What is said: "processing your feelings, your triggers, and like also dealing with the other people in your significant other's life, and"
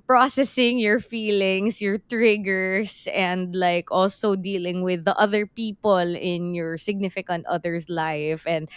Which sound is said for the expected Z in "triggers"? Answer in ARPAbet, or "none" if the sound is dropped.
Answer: S